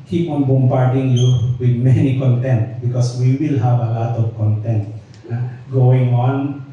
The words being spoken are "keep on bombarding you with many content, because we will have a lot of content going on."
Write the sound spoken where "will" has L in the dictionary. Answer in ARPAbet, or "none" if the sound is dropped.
L